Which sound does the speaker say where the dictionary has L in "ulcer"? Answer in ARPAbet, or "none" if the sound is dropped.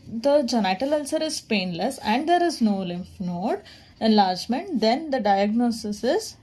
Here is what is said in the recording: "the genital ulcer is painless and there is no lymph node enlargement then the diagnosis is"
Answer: L